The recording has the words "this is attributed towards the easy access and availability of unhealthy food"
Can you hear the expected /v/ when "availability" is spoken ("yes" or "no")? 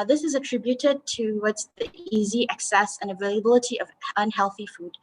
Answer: yes